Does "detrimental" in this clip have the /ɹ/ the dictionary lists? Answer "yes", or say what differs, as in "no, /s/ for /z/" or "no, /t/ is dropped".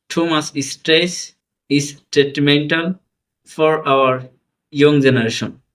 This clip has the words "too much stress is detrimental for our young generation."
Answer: no, /ɹ/ is dropped